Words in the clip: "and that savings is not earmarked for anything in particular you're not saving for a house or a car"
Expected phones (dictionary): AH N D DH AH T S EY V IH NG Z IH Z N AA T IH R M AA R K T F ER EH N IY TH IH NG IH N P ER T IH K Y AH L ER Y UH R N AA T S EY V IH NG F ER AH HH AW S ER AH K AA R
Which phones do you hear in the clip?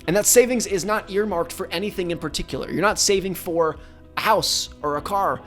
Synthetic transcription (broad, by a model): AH N DH AH T S EY V IH NG Z IH Z N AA T IH R M AA R K T F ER EH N IY TH IH NG IH N P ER T IH K Y L ER Y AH R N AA T S EY V IH NG F ER AH HH AW S ER AH K AA R